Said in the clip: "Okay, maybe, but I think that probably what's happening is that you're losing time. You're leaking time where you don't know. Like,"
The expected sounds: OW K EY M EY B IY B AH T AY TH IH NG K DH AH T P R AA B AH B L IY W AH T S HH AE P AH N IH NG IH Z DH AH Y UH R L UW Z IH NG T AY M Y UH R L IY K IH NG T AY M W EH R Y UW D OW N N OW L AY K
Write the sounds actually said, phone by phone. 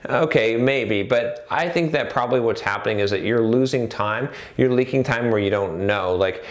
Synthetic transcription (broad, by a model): OW K EY M EY B IY B AH T AY TH IH NG K DH AH T P R AA B AH B L IY W AH T S HH AE P AH N IH NG IH Z DH AH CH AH R L UW Z IH NG T AY M Y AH R L IY K IH NG T AY M W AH R Y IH D OW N N OW L AY K